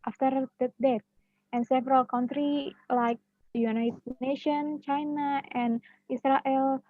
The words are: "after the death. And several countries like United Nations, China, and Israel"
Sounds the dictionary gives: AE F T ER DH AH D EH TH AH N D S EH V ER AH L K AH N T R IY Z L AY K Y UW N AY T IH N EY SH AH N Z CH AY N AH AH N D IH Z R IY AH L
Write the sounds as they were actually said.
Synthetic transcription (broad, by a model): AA F T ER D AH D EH T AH N S EH V ER AH L K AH N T R IY L AY K Y UW N AY T IH N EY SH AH N CH AY N AH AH N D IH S R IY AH L